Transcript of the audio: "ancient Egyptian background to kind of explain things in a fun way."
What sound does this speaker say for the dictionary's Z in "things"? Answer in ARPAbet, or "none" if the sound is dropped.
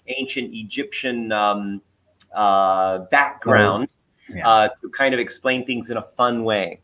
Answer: Z